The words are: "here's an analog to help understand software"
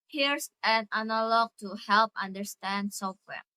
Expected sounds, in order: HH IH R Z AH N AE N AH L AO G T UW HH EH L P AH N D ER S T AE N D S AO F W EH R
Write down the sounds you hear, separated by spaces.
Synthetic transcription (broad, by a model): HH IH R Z AH N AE N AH L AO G T UW HH EH L P AH N D ER S T AE N D S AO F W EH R